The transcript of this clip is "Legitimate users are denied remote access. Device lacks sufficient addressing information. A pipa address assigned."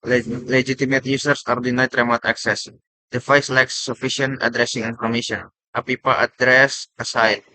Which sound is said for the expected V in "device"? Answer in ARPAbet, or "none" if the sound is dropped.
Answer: F